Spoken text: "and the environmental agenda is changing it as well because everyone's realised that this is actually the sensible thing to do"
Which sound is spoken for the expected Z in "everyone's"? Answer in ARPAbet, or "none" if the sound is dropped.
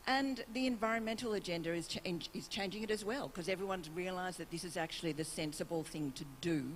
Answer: Z